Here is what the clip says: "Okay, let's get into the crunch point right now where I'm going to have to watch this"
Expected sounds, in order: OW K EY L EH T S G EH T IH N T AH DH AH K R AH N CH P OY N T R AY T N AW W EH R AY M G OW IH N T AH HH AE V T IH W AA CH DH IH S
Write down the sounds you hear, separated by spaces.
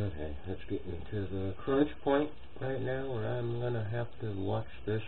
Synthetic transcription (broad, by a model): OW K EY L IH T S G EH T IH T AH DH AH K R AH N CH P OY N T R AY T N AW W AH R AY M G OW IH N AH HH AE F T IH W AA CH DH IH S